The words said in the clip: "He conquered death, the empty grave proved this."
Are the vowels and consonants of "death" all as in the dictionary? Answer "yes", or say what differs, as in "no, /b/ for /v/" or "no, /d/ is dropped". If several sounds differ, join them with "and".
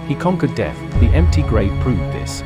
yes